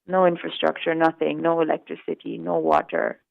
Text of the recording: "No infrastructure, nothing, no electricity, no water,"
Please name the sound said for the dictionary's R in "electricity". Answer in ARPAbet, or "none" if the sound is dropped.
R